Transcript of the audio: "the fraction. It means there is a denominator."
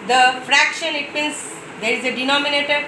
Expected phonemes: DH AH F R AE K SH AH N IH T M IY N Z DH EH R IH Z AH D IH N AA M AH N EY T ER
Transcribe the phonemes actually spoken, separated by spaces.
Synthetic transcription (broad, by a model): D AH F R AE K SH AH N IH T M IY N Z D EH R IH Z AH D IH N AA M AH N EY T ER